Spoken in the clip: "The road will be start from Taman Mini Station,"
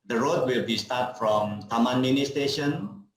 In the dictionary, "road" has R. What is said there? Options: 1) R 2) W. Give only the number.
1